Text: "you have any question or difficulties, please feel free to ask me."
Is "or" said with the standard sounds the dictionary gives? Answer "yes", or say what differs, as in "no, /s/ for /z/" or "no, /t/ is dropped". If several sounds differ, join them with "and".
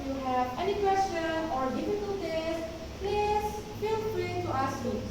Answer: yes